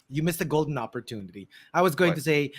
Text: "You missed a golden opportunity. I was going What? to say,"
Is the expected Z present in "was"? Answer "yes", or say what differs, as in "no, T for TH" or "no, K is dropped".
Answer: yes